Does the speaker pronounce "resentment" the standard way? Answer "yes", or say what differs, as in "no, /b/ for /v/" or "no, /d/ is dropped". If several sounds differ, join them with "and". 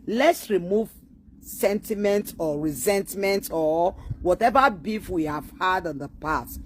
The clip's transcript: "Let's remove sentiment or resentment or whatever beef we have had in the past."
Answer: yes